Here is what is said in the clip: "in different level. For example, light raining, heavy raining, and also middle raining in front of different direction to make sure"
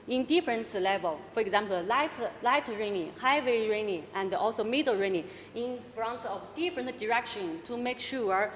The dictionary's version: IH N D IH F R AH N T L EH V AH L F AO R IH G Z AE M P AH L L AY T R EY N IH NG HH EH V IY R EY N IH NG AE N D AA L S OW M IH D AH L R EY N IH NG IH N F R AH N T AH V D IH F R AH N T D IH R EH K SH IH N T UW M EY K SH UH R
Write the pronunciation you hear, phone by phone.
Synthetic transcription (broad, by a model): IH N D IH F R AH N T L EH V AH L F AO R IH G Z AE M P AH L L AY T R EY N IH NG HH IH W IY R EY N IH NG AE N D AA L S OW M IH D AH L R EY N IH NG IH N F R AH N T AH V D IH F R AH N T D IH R EH K SH IH N T UW M EY K SH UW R